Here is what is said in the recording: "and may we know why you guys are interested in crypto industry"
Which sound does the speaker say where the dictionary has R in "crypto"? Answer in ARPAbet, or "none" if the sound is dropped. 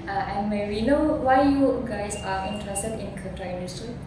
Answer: none